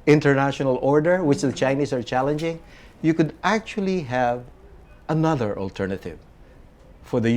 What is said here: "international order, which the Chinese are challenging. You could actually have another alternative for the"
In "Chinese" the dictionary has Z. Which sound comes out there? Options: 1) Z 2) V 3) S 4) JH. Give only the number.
3